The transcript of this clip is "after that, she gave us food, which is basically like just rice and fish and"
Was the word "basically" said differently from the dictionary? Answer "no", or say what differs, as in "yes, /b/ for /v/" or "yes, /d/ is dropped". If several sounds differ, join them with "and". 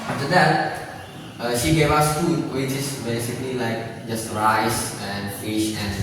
no